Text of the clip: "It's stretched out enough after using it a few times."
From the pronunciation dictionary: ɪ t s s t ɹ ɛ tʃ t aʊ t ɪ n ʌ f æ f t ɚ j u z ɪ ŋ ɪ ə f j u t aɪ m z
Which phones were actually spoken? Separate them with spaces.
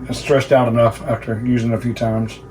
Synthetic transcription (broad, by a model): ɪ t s s t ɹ ɛ s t aʊ t ɪ n ʌ f æ f t ɚ j u z ɪ ŋ ɪ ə f j u t aɪ m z